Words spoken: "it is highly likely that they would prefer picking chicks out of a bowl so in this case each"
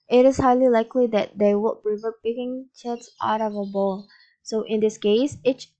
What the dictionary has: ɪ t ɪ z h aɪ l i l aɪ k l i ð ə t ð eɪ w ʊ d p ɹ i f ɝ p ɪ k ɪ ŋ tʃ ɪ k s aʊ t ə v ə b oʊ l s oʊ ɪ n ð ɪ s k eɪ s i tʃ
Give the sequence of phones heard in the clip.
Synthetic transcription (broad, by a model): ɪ t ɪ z h aɪ l i l aɪ k l i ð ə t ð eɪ w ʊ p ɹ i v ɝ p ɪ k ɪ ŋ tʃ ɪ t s aʊ t ə v ə b oʊ l s oʊ ɪ n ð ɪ s k eɪ s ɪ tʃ